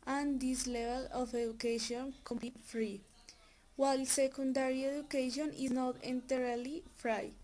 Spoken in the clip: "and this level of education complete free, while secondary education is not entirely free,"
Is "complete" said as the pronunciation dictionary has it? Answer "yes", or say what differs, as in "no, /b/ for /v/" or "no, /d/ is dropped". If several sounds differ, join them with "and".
no, /l/ is dropped